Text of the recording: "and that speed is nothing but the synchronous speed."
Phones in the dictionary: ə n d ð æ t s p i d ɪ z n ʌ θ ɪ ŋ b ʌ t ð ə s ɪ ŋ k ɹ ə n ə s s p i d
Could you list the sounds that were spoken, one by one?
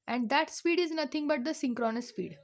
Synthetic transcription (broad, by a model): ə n d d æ t s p i d ɪ z n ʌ t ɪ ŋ b ʌ t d ə s ɪ ŋ k ɹ ə n ə s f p i d